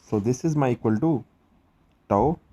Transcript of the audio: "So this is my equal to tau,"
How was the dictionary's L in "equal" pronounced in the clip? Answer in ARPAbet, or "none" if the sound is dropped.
L